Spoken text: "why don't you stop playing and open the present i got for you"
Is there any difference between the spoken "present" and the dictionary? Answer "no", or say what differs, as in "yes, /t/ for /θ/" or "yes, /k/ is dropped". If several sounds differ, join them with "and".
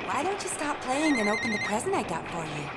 no